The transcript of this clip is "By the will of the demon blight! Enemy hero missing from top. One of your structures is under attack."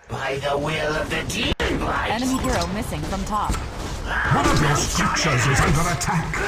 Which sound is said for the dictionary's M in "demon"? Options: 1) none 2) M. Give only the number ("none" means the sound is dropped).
1